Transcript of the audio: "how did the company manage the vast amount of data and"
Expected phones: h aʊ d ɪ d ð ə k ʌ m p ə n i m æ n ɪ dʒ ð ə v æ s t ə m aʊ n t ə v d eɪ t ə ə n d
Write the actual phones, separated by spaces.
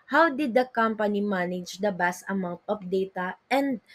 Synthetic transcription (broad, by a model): h aʊ d ɪ d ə k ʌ m p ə n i m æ n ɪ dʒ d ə b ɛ s t ə m aʊ n t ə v d eɪ t ə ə n d